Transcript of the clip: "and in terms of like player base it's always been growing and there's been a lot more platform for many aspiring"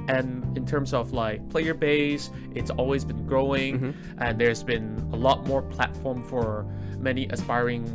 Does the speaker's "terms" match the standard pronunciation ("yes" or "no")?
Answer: yes